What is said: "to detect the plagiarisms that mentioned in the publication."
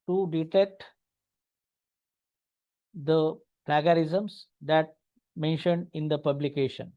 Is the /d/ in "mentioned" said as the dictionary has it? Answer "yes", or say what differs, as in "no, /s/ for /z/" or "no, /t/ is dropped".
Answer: yes